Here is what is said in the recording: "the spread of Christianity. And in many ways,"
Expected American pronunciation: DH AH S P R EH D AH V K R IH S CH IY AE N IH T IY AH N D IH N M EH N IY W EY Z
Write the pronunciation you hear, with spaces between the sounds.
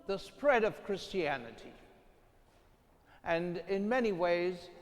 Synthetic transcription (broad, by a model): DH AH S P R EH D AH V K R IH S CH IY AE N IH T IY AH N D IH N M EH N IY W EY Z